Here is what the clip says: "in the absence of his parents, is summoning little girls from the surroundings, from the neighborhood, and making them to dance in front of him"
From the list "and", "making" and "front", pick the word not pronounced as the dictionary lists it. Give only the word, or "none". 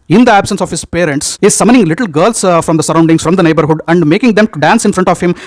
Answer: none